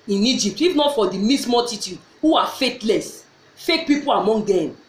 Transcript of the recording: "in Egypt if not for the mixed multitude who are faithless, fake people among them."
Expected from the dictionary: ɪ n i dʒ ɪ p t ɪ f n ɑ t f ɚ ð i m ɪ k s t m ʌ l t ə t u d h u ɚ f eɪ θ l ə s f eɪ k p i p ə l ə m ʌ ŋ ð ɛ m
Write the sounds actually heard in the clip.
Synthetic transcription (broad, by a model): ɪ n i dʒ ɪ p t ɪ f n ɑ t f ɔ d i m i s m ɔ t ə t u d h u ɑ f eɪ t l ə s f eɪ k p i p ə l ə m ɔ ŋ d ɛ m